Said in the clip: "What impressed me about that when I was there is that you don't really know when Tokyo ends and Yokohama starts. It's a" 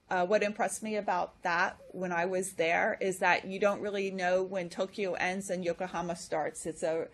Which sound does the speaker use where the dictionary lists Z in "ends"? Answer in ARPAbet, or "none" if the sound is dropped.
Z